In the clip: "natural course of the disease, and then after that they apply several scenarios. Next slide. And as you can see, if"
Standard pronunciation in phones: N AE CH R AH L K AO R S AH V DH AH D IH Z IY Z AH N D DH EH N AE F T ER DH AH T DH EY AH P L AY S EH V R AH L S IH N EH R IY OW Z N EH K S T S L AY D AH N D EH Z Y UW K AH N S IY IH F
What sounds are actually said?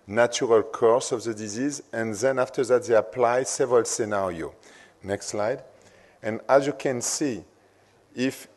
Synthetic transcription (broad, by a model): N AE CH R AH L K AO R S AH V DH AH D IH Z IY Z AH N DH EH N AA F T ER DH AH T DH EY AH P L AY S EH V R AH L S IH N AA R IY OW N EH K S T S L AY D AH N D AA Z Y UW K AH N S IY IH F